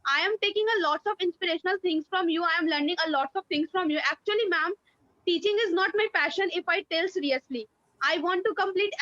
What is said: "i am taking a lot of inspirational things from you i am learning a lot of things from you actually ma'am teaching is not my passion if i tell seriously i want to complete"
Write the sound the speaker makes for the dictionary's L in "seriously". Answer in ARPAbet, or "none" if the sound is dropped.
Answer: L